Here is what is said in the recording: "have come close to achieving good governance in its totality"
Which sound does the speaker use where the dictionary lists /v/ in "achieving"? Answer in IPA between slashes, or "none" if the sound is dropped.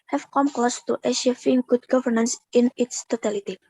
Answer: /f/